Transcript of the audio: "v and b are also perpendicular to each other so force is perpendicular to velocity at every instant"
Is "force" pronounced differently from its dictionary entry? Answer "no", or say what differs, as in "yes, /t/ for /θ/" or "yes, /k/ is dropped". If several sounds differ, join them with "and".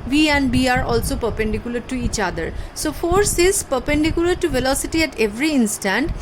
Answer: no